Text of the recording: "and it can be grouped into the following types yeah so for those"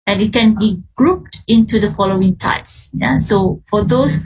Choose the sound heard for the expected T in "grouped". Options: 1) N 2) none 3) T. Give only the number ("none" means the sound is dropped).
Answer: 3